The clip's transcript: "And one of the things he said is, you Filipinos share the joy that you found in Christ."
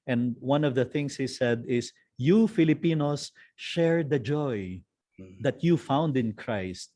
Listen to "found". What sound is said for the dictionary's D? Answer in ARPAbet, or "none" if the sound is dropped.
D